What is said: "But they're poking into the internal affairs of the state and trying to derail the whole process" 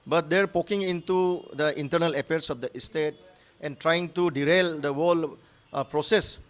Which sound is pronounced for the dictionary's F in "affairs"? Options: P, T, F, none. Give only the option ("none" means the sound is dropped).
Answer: P